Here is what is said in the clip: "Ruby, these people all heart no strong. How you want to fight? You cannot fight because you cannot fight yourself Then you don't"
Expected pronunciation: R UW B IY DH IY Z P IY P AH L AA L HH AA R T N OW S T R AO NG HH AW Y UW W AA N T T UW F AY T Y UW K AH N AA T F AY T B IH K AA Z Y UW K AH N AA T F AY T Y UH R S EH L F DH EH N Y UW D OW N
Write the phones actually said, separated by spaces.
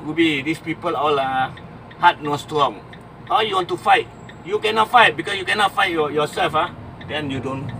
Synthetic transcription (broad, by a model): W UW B IY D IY S P IY P AH L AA L HH AA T N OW S T R AO NG HH AW Y UW W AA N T T UW F AY T Y UW K AH N AA T F AY T B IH K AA S Y UW K AH N AA T F AY T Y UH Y S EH L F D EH N Y UW D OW N